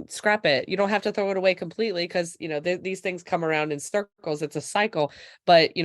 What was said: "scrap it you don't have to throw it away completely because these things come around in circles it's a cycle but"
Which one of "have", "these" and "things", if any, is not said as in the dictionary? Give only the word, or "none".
have